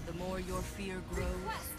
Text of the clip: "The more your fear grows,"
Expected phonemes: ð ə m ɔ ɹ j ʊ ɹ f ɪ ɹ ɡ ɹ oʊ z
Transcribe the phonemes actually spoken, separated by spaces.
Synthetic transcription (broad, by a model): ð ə m ɔ ɹ j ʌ ɹ f ɪ ɹ ɡ ɹ oʊ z